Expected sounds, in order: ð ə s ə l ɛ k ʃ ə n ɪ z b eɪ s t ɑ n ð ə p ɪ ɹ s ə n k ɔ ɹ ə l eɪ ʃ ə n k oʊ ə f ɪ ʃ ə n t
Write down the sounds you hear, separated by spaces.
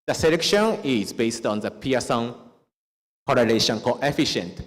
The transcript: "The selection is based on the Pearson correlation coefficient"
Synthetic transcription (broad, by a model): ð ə s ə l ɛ k ʃ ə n ɪ z b eɪ s t ɑ n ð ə p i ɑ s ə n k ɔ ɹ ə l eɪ ʃ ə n k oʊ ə f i ʃ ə n t